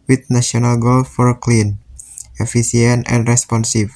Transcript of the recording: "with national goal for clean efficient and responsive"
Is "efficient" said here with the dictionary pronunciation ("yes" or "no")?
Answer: no